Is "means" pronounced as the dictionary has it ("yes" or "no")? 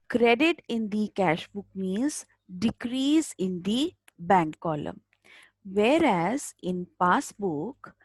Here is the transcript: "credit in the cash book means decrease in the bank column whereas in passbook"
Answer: no